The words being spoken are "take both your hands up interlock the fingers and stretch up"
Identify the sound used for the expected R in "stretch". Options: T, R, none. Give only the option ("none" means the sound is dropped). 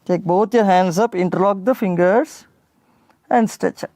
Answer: none